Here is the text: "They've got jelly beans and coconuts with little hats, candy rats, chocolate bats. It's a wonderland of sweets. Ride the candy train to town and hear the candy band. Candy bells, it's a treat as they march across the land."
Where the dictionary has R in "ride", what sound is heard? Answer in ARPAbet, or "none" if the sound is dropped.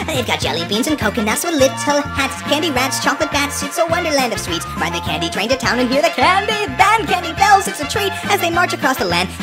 W